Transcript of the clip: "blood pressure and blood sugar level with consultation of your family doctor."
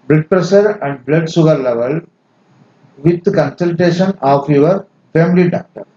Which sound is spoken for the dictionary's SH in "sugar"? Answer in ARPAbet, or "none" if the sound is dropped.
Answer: S